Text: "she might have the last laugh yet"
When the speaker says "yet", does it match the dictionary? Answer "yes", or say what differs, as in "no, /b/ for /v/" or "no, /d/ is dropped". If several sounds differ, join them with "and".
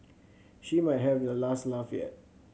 no, /t/ is dropped